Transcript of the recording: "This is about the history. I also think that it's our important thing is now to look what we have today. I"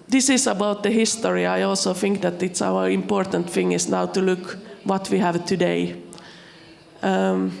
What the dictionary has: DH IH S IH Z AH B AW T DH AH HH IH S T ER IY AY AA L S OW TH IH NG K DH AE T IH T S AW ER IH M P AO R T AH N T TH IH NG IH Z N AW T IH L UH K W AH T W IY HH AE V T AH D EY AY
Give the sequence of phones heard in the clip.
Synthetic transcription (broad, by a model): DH IH S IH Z AH B AW T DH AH HH IH S T ER IY AY AA L S OW TH IH NG K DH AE T IH T S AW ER IH M P AO R T AH N T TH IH NG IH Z N AW T IH L UH K W AH T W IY HH AE V T AH D EY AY